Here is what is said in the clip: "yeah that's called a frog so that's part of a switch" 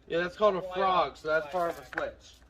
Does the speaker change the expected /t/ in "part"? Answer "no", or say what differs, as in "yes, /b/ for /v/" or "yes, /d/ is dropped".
yes, /t/ is dropped